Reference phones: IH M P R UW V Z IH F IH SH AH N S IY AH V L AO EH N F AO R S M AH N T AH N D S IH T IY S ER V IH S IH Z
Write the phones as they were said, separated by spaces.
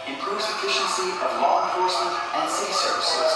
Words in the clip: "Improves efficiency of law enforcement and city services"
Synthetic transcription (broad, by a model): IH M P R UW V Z IH F IH SH AH N S IY AH V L AO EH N F AO R S M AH N T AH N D S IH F S ER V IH S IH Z